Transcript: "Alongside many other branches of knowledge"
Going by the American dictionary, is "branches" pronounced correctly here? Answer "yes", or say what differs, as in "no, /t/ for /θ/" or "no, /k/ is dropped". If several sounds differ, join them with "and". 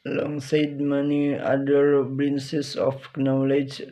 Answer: no, /s/ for /tʃ/